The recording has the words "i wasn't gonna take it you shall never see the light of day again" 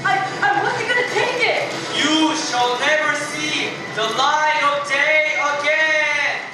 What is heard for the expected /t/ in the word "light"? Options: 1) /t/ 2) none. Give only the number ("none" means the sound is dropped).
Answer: 2